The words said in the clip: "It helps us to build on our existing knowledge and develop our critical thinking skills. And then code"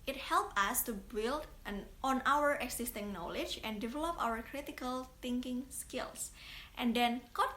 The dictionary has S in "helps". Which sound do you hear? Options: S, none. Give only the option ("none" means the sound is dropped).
none